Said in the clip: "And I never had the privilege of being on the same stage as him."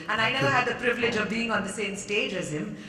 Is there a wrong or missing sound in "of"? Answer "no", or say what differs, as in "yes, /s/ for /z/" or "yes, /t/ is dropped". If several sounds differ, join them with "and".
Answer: no